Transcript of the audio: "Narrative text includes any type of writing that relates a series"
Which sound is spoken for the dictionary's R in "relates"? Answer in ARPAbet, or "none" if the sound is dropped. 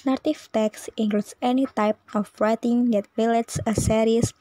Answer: W